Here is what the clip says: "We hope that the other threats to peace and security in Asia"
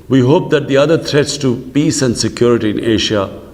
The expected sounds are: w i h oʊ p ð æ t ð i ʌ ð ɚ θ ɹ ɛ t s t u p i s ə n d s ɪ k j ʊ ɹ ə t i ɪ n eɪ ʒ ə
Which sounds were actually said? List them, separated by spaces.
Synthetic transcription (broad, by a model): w i h oʊ p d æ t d i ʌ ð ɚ t ɹ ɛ t s t u p i s ə n d s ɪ k j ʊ ɹ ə t i ɪ n eɪ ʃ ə